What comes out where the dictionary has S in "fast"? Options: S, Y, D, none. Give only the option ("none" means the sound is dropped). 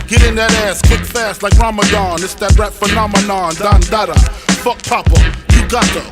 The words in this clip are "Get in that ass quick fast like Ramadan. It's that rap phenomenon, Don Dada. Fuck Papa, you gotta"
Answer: S